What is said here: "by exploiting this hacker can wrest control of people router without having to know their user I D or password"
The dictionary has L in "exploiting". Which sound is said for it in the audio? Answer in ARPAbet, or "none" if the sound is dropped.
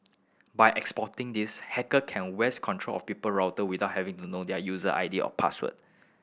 none